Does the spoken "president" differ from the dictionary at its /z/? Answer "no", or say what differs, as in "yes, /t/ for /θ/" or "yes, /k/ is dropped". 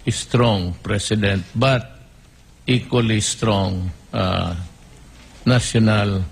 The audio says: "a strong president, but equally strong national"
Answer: yes, /s/ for /z/